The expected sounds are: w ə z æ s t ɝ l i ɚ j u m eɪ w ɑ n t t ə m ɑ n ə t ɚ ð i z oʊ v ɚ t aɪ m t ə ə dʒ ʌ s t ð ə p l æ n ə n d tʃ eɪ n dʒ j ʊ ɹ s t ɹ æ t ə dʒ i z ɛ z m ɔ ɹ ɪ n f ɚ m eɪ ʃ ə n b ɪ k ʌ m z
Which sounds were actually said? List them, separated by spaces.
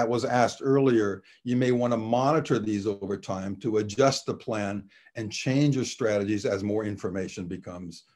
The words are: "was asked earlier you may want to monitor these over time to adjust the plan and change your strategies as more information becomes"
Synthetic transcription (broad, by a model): w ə z æ s t ɝ l i ɚ j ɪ m eɪ w ɑ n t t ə m ɑ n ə t ɚ ð i z oʊ v ɚ t aɪ m t ə ə dʒ ʌ s t ð ə p l æ n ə n tʃ eɪ n dʒ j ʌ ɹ s t ɹ æ t ə dʒ i z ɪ z m ɔ ɹ ɪ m f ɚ m eɪ ʃ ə n b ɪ k ʌ m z